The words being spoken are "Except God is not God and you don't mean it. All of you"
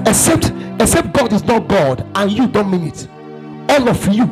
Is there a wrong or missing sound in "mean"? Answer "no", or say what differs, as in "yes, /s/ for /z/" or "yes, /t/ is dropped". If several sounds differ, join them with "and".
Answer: no